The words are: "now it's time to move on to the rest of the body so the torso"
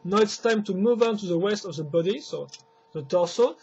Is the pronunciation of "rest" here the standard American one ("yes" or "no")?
no